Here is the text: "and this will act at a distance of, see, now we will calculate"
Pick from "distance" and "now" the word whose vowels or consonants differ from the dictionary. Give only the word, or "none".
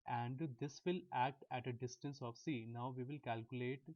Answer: none